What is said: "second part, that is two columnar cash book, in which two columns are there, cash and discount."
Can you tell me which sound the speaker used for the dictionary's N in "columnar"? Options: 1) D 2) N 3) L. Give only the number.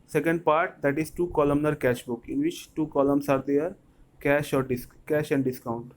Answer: 2